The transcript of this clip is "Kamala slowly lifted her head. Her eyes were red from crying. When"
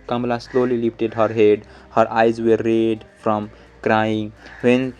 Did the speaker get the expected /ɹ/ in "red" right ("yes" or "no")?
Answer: yes